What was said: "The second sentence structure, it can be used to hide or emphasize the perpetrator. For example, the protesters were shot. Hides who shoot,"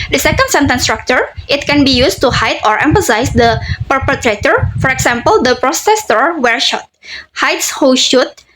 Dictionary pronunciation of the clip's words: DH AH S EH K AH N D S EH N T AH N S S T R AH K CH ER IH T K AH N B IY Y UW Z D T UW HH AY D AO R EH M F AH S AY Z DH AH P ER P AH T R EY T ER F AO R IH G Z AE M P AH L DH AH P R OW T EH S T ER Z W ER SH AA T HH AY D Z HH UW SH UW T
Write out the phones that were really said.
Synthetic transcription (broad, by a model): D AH S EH K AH N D S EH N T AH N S S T R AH K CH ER IH T K AH N B IY Y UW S T UW HH AY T AO R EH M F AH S AY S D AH P ER P AH T R EY T ER F AO R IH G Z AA M P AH L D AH P R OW S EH S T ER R W ER SH AA T HH AY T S HH UW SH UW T